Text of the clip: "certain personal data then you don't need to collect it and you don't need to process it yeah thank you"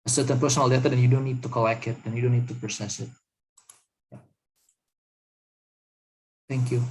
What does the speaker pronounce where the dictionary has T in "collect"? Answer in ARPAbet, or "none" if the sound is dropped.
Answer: none